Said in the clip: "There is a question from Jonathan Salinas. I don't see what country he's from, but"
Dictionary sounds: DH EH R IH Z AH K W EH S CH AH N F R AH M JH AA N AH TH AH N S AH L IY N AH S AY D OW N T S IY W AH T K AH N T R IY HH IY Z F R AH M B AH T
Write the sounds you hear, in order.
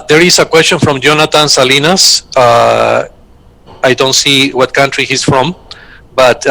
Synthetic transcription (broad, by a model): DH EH R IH S AH K W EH S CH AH N F R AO M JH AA N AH T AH N S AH L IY N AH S AY D OW N T S IY W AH T K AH N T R IY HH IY S F R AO M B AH T